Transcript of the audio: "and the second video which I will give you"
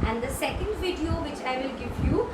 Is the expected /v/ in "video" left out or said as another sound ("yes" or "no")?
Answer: no